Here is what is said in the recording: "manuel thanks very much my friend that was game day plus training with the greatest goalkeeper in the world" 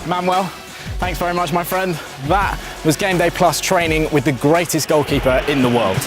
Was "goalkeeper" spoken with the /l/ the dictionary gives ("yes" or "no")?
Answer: yes